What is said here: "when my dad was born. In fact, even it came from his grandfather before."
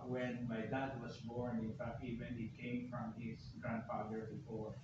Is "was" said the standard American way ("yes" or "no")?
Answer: no